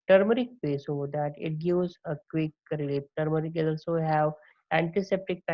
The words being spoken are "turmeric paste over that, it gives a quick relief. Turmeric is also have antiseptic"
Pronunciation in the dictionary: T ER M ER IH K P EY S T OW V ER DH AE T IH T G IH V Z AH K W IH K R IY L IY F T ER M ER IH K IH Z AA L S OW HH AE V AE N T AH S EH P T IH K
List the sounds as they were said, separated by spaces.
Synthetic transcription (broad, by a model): T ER M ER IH K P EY S OW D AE T IH T G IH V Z AH K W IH K R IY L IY P T ER M ER IH K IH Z AA L S OW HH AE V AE N T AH S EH P T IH K